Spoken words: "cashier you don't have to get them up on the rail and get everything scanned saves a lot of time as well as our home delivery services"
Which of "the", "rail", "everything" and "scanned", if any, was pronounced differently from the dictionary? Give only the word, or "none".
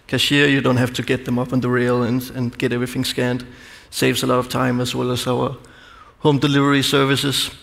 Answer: none